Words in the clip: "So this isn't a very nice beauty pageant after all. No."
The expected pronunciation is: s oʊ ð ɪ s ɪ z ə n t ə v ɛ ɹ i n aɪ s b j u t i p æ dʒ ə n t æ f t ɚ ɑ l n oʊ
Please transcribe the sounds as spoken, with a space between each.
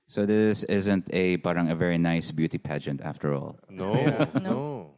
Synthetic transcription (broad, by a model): s oʊ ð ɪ s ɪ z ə n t ə v ɛ ɹ i n aɪ s b j u t i p æ dʒ ə n t æ f t ɚ ɑ l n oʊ